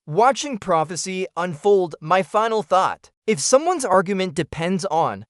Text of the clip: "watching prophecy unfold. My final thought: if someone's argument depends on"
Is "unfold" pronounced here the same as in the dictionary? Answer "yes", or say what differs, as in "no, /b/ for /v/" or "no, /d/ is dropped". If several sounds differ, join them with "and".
yes